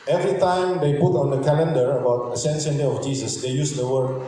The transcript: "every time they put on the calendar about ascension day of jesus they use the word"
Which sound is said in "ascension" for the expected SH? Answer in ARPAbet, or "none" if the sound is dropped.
S